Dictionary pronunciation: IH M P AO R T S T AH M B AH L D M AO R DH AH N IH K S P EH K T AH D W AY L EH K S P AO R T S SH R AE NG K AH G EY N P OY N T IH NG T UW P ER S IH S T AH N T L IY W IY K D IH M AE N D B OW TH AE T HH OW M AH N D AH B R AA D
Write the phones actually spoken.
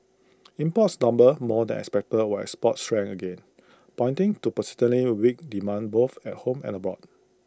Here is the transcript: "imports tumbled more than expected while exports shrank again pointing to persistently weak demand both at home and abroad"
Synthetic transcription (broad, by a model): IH M P AO T S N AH M B AH M AO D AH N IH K S P EH K T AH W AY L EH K S P AO T S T R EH NG AH G EY N P OY N T IH NG T UW P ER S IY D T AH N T L IY W IY K D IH M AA N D B OW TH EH T HH OW M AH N AH B R AA D